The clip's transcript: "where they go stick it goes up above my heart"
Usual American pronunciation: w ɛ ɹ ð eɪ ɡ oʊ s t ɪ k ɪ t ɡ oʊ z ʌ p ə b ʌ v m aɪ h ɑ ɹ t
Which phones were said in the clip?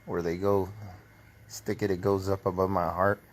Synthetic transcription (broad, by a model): w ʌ ɹ ð eɪ ɡ oʊ s t ɪ k ɪ t ɡ oʊ z ʌ p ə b ʌ v m aɪ h ɑ ɹ t